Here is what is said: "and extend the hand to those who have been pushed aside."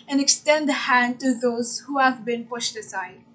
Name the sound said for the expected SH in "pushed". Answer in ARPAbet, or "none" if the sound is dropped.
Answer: SH